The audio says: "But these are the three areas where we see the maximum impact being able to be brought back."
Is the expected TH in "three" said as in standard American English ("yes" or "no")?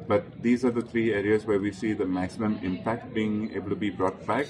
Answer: no